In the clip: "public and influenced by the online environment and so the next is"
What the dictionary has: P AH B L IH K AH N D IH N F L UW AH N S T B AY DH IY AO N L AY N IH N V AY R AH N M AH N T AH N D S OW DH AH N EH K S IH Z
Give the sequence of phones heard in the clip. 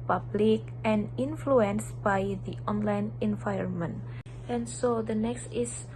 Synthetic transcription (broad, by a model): P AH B L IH K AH N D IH N F L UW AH N S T B AY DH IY AO N L AY N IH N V AY AH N M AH N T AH N S OW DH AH N EH K S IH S